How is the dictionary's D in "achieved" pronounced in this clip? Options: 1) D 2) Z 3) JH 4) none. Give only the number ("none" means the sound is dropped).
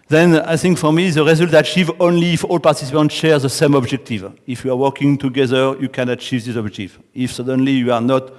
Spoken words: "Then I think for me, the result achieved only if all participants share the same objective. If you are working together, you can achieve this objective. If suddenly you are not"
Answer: 4